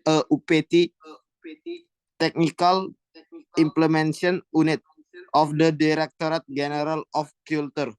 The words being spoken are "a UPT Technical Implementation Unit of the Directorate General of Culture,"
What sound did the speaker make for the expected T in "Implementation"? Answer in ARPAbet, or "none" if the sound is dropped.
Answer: S